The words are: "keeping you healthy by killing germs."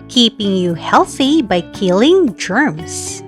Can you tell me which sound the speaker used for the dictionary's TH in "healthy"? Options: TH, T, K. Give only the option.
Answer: TH